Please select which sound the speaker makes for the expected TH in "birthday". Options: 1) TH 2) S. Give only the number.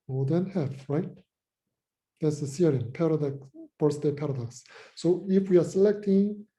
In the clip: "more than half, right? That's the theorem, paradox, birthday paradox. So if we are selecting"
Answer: 2